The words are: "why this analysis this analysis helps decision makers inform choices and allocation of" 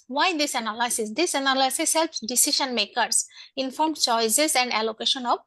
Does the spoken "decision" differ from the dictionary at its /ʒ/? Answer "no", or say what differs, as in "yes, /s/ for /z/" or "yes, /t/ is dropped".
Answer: yes, /ʃ/ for /ʒ/